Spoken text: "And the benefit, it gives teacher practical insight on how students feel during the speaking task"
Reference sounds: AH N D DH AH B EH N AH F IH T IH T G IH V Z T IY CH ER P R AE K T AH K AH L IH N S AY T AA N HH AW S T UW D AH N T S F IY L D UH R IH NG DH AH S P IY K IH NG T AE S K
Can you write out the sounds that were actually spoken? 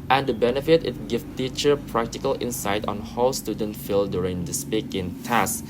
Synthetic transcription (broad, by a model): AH N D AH B EH N AH F IH T IH T G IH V T IY CH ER P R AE K T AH K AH L IH N S AY T AA N HH AW S T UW D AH N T F IY L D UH R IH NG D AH S P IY K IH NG T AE S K